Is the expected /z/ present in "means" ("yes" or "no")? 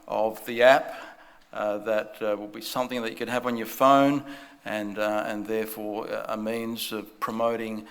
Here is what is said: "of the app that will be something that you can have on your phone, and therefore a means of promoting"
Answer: yes